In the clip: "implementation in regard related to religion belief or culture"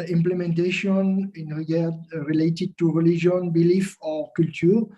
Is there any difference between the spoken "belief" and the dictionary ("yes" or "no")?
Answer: no